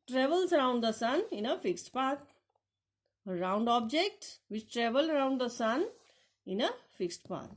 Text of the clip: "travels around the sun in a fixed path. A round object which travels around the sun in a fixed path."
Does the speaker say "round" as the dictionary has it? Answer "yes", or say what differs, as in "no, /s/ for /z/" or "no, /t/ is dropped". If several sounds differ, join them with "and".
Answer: yes